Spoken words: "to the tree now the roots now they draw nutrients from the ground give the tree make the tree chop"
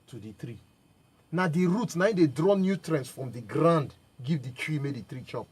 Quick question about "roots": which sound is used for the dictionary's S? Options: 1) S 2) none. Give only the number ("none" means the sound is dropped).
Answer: 2